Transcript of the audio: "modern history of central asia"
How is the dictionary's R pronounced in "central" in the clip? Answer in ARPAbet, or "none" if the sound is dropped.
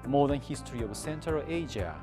none